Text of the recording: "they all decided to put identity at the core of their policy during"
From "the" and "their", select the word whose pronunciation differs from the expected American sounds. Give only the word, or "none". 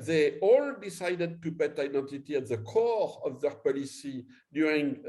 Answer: none